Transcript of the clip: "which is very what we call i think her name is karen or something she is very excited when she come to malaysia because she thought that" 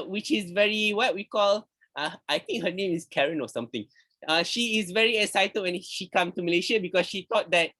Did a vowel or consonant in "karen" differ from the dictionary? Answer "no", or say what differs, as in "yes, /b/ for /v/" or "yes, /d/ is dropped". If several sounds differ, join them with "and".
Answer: no